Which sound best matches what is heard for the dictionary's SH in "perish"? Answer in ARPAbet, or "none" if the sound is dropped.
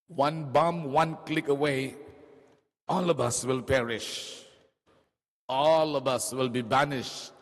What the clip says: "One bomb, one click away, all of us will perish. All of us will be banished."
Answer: SH